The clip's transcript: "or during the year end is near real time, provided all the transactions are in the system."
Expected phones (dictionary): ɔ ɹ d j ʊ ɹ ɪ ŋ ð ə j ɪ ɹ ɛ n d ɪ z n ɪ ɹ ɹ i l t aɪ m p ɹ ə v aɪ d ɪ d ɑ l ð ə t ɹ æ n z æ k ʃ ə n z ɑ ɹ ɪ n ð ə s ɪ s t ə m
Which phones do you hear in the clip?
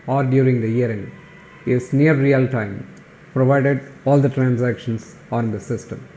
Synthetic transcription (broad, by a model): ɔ ɹ d j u ɹ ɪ ŋ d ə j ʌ ɹ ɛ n ɪ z n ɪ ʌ ɹ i l t aɪ m p ɹ ə v aɪ d ɪ d ɑ l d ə t ɹ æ n s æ k ʃ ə n s ɑ ɹ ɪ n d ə s ɪ s t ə m